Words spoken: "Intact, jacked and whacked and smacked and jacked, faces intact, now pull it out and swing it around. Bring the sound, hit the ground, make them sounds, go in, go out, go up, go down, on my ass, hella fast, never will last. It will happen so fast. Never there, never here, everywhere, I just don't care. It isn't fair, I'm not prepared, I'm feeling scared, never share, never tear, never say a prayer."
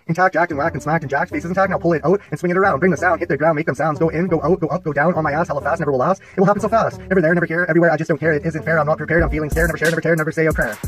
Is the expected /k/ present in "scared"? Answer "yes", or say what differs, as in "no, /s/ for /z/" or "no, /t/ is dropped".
no, /k/ is dropped